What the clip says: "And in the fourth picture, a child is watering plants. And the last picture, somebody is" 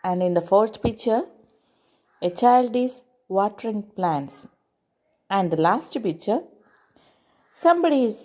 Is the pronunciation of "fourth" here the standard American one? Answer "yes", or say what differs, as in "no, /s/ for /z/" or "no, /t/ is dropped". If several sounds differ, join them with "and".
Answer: no, /t/ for /θ/